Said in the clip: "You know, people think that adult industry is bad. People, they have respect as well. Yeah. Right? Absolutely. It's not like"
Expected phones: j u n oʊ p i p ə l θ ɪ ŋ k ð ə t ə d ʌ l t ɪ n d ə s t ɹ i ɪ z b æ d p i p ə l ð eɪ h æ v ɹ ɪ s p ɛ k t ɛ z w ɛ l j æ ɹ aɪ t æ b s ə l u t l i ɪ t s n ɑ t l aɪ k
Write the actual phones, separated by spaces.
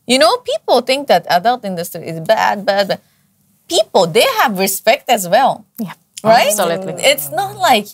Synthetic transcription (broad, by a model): j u n oʊ p i p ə l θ ɪ ŋ k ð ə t ə d ʌ l t ɪ n d ə s t ɹ i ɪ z b æ d b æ p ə l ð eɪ h æ v ɹ ɪ s p ɛ k t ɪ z w ɛ l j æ ɹ aɪ t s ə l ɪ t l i ɪ t s n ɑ t l aɪ k